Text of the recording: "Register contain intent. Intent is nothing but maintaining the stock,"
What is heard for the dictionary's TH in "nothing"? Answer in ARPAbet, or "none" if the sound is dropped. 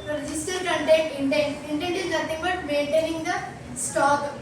T